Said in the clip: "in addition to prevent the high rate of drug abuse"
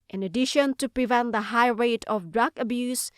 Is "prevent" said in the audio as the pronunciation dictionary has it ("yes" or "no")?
yes